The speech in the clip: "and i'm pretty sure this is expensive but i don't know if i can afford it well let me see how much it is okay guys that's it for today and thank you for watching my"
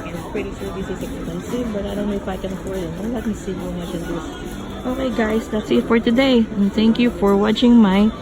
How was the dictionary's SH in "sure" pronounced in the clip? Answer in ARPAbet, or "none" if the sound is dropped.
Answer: S